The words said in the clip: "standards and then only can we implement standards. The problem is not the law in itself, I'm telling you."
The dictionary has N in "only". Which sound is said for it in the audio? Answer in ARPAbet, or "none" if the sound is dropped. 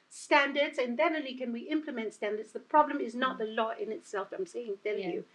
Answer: none